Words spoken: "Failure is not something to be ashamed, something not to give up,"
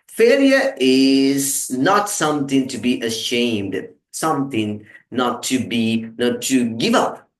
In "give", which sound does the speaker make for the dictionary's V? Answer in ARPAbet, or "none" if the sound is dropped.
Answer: V